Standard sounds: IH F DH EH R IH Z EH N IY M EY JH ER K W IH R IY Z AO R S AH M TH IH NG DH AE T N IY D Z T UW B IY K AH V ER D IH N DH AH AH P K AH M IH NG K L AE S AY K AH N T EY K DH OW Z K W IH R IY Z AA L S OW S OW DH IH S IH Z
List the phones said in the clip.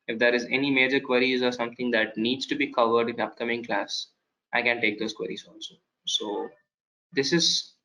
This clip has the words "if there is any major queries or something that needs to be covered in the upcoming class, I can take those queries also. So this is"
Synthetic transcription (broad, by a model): IH F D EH R IH Z EH N IY M EY JH ER K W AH R IY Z AO R S AH M T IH NG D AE T N IY D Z T UW B IY K AH V ER D IH N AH AH P K AH M IH NG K L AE S AY K AH N T EY K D OW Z K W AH R IY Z AA L S OW S OW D IH S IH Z